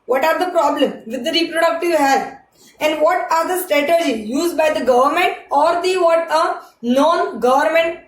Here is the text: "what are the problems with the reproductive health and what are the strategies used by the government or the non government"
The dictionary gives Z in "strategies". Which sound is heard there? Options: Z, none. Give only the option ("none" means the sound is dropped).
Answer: none